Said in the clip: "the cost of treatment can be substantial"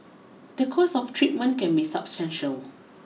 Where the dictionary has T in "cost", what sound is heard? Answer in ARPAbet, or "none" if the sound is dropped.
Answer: none